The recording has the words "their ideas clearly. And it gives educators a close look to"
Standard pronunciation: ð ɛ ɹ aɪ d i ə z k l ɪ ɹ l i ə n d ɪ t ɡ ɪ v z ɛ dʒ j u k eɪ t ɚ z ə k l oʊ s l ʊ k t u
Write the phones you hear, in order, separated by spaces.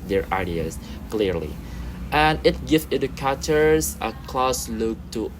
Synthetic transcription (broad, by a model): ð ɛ ɹ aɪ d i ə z k l ɪ ɹ l i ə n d ɪ t ɡ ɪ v ɪ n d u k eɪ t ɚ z ə k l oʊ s l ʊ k t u